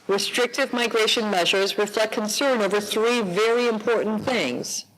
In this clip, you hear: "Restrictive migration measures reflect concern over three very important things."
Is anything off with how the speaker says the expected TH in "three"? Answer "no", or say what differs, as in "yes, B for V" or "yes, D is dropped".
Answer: no